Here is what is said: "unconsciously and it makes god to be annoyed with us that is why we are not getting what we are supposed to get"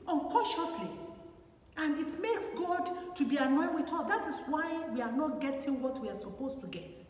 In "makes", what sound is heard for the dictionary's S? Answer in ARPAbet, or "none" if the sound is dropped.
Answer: S